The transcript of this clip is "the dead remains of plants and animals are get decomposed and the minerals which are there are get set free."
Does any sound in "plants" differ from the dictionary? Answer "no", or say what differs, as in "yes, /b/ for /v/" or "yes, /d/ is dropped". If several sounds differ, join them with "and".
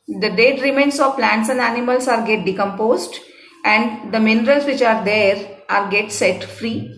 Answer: no